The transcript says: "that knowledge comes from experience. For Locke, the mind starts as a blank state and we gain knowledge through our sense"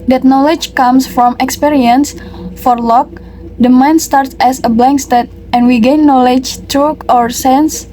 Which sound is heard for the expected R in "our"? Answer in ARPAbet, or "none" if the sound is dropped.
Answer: R